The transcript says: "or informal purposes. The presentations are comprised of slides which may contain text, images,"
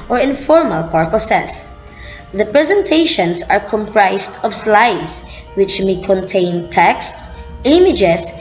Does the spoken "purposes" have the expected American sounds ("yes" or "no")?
no